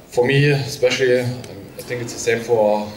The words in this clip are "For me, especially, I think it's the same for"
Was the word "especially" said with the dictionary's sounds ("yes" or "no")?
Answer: yes